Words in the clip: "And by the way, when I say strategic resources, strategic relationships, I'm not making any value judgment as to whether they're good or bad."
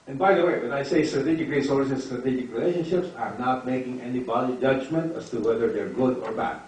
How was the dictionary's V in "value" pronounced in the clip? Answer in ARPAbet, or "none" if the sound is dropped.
B